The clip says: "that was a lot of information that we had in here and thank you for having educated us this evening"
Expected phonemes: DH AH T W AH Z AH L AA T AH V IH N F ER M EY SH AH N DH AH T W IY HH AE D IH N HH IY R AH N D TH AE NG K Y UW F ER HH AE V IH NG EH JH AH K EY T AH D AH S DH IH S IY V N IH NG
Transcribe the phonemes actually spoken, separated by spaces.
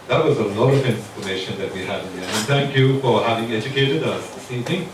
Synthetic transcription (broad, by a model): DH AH T W AH Z AH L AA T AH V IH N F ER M EY SH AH N DH AH T W IY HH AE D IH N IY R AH N TH AE NG K Y UW F ER HH AE V IH NG EH JH AH K EY T AH D AH S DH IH S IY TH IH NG